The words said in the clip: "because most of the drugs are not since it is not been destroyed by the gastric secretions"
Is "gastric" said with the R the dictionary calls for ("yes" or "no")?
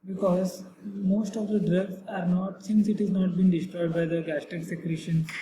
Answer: no